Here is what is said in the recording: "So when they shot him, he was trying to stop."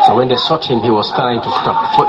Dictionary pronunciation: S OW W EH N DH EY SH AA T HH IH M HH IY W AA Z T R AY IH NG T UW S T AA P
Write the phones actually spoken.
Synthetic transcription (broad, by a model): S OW W EH N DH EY S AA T HH IH M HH IY W AA Z T R AY IH NG T UW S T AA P